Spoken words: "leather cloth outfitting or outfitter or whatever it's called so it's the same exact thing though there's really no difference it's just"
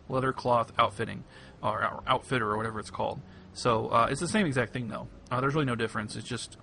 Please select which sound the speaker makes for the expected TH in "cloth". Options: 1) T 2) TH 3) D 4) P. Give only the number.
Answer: 2